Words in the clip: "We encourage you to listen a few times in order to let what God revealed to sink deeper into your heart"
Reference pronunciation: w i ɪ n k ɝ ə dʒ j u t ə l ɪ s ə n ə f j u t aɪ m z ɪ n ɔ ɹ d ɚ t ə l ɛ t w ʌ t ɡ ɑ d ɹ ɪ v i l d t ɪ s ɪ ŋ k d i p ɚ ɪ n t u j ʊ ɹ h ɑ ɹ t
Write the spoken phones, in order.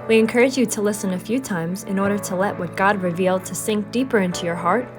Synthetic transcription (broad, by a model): w i ɪ n k ɝ ə dʒ j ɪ t ə l ɪ s ə n ə f j u t aɪ m z ɪ n ɔ ɹ d ɚ t ə l ɛ t w ʌ t ɡ ɑ d ɹ ɪ v i l d t ɪ s ɪ ŋ k d i p ɚ ɪ n t u j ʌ ɹ h ɑ ɹ t